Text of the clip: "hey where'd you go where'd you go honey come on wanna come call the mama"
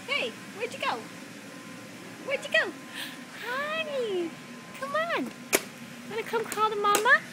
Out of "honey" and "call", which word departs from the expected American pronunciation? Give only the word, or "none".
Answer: honey